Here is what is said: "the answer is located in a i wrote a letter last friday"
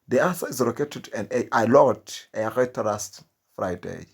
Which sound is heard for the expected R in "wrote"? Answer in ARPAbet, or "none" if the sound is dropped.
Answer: L